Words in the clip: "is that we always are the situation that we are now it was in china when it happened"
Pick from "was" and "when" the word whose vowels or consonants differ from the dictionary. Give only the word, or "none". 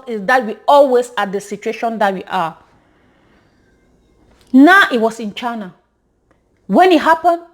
was